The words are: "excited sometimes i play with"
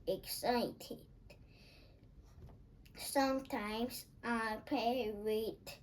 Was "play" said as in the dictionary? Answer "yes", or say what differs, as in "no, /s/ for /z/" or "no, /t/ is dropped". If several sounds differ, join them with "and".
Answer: no, /l/ is dropped